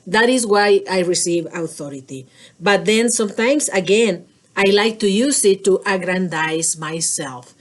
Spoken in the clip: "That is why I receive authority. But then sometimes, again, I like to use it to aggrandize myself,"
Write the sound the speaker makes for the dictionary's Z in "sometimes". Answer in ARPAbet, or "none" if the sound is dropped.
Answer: S